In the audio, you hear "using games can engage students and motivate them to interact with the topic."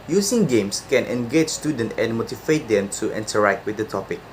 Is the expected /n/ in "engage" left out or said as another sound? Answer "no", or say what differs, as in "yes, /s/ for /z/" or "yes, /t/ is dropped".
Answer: no